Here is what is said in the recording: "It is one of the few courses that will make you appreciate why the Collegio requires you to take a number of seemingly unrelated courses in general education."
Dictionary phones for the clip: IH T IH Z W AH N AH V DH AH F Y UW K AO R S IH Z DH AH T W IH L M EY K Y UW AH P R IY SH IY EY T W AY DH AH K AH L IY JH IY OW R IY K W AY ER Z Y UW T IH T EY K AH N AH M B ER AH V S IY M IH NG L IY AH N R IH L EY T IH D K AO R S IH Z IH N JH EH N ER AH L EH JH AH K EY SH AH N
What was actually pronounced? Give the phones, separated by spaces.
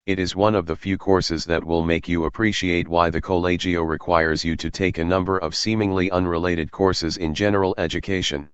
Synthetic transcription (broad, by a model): IH T IH Z W AH N AH V DH AH F Y UW K AO R S IH Z DH AH T W IH L M EY K Y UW AH P R IY SH IY EY T W AY DH AH K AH L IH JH IY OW R IY K W AY ER Z Y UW T IH T EY K AH N AH M B ER AH V S IY M IH NG L IY AH N R IH L EY T IH D K AO R S IH Z IH N JH EH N ER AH L EH JH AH K EY SH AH N